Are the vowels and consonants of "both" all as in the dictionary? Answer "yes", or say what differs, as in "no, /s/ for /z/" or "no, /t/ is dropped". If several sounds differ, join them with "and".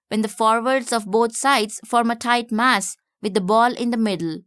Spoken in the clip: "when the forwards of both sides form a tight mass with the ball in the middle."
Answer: no, /t/ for /θ/